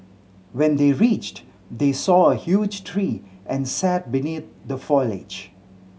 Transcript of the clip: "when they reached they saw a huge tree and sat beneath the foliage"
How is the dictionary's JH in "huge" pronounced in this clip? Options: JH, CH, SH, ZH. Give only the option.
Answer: JH